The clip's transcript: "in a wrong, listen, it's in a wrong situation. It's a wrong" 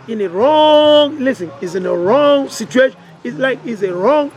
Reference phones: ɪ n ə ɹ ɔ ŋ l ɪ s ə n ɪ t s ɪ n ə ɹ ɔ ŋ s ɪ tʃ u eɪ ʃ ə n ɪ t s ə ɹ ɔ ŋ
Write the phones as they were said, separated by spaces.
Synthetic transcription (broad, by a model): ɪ n ə ɹ ɔ ŋ l ɪ s ə n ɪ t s ɪ n ə ɹ ɔ ŋ s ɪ tʃ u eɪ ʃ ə l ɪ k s ə ɹ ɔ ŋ